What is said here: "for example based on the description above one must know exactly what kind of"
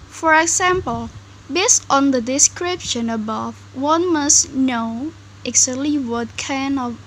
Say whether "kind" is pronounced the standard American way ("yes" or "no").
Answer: no